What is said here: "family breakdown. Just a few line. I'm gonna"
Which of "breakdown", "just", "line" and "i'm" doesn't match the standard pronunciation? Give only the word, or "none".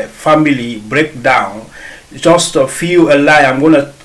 line